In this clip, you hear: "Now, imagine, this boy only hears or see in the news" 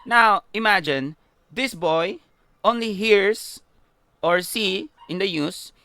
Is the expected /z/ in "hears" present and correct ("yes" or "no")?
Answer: no